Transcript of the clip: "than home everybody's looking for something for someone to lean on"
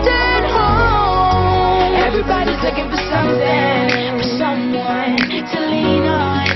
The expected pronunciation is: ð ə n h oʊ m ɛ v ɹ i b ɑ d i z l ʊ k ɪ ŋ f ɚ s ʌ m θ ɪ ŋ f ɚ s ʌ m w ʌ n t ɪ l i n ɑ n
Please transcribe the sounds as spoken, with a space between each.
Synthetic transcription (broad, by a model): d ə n h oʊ ɛ v ɹ i b ɑ d i z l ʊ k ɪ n f ɚ s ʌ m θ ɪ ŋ f ɚ s ʌ m w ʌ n t ɪ l i n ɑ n